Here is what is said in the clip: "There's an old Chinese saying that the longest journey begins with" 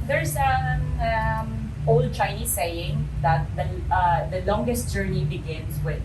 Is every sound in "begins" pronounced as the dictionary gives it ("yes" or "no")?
no